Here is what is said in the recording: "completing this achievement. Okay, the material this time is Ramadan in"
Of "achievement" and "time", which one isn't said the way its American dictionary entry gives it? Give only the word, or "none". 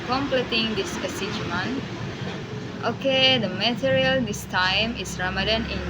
achievement